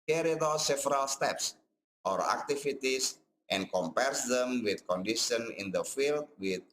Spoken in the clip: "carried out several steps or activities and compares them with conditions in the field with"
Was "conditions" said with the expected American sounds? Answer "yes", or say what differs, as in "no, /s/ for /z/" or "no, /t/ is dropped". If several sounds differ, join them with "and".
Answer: no, /z/ is dropped